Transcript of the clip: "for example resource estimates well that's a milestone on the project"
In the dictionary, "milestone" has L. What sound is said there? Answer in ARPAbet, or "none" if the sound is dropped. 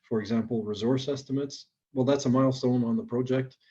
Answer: L